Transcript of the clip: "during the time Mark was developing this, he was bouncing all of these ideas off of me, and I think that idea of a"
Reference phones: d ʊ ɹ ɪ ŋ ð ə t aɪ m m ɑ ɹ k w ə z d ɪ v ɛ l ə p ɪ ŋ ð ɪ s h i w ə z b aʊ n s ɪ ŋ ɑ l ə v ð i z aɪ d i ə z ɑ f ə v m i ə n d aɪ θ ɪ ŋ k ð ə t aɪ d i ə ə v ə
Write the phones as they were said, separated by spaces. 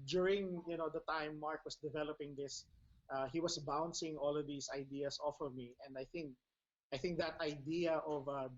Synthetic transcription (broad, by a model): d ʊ ɹ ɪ ŋ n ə t aɪ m m ɑ ɹ k w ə s d ɪ v ɛ l ə p ɪ ŋ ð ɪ s h i w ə s b aʊ n s ɪ ŋ ɑ l ə v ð i s aɪ d i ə s ɑ f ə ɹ m i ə n d aɪ θ ɪ ŋ k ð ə t aɪ d i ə ə v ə